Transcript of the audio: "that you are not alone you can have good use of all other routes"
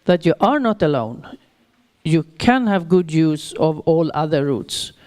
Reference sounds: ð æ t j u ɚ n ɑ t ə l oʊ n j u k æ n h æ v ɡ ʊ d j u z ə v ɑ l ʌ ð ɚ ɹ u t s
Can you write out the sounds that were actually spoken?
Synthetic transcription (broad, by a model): ð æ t j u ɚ n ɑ t ə l oʊ n j u k æ n h æ v ɡ ʊ d j u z ə v ɑ l ʌ ð ɚ ɹ u t s